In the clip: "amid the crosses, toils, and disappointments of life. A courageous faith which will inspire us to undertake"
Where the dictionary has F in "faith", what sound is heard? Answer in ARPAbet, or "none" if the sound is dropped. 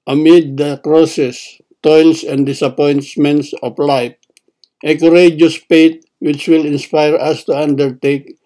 P